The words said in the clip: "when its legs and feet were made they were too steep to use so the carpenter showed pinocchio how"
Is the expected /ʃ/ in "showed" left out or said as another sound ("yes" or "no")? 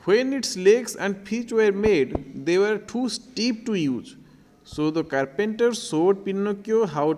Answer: yes